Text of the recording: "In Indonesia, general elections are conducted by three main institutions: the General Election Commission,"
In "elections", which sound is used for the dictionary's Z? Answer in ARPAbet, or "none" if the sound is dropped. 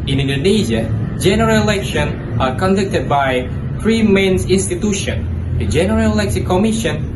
none